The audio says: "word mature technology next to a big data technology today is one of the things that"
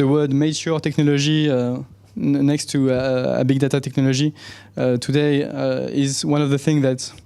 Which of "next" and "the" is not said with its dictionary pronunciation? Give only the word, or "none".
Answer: none